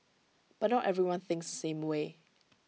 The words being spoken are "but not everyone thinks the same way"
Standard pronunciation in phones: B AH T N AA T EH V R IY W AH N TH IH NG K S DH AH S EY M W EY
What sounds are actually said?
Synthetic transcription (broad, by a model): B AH T N AA T EH V R IY W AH N TH IH NG K S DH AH S EY M W EY